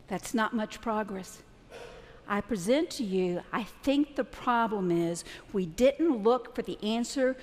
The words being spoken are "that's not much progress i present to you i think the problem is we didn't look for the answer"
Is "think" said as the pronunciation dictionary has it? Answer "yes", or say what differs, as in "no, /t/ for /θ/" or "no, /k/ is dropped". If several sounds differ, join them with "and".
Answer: yes